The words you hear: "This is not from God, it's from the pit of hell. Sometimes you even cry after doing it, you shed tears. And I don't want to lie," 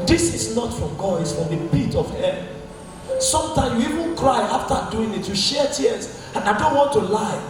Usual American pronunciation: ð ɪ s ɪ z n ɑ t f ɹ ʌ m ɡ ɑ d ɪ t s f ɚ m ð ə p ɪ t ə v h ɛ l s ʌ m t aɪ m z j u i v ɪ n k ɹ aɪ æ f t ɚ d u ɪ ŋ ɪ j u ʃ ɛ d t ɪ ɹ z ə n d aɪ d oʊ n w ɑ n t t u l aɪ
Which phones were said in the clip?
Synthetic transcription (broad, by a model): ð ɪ s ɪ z n ɑ t f ɹ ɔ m ɡ ɑ d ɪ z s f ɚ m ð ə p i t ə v h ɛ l s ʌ m t aɪ m j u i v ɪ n k ɹ aɪ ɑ f t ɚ d u ɪ ŋ ɪ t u ʃ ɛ t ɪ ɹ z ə n aɪ d oʊ n w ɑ n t t u l aɪ